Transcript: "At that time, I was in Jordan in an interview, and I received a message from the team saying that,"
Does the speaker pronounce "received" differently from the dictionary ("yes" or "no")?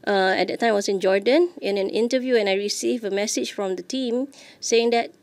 yes